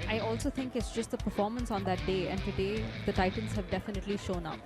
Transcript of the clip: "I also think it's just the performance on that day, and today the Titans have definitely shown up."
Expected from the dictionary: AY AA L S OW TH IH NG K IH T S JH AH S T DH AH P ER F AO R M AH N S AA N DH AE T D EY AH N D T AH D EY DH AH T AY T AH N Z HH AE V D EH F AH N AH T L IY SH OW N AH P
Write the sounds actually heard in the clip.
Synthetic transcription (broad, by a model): AY AA L S OW T IH NG K IH T S JH AH S T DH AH P ER F AO R M AH N S AA N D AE T D EY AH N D T AH D EY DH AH T AY T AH N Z HH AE V D EH F AH N AH T L IY SH OW N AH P